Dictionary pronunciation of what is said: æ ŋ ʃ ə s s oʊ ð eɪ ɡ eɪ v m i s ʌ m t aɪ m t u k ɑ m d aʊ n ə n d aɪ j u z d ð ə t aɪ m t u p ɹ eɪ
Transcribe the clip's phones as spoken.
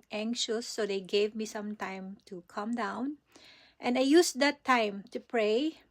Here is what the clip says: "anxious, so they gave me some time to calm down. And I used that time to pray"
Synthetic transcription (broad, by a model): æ ŋ ʃ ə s s oʊ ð eɪ ɡ eɪ v m i s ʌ m t aɪ m t u k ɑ m d aʊ n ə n aɪ j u s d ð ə t aɪ m t u p ɹ eɪ